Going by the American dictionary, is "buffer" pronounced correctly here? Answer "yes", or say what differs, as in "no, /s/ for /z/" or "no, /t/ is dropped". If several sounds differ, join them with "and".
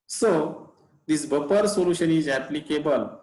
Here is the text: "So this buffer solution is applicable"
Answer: no, /p/ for /f/